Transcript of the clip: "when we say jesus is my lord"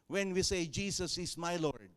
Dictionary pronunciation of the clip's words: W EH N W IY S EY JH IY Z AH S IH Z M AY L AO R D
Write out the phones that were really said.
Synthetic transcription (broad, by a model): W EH N W IY S EY JH IY S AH S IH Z M AY L AO R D